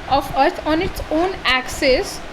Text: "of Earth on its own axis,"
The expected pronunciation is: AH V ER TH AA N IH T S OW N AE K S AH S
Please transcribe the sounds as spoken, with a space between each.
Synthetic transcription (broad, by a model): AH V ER T AA N IH T S OW N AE K S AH S